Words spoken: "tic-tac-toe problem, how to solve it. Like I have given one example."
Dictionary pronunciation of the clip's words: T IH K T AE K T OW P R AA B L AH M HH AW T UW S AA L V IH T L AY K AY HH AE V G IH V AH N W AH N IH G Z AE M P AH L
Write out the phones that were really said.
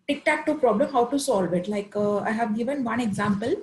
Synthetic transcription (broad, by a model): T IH K T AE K T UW P R AA B L AH M HH AW T UW S AA L V IH T L AY K AY HH AE V G IH V AH N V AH N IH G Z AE M P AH L